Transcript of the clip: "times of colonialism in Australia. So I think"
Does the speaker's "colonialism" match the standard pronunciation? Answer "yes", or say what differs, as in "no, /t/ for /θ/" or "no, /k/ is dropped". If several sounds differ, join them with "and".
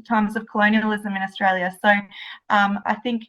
yes